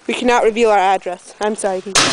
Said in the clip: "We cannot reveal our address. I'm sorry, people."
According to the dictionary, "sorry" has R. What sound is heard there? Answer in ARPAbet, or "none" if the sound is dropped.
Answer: none